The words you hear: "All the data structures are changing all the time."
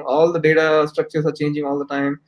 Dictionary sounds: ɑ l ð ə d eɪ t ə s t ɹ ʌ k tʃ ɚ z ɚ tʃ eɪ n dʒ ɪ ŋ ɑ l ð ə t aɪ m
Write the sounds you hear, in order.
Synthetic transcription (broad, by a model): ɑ l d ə d eɪ t ə s t ɹ ʌ k tʃ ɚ s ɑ tʃ eɪ n dʒ ɪ ŋ ɑ l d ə t aɪ m